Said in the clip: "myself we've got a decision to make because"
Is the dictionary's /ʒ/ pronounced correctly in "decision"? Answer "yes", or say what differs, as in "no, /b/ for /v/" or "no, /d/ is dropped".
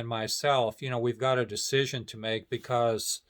yes